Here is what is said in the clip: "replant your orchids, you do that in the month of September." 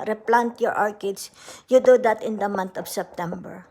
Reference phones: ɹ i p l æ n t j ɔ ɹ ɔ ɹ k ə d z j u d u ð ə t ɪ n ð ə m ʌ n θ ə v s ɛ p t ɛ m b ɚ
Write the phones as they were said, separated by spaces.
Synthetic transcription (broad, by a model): ɹ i p l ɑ n t j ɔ ɹ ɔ ɹ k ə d s j u d u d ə t ɪ n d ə m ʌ n t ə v s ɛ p t ɛ m b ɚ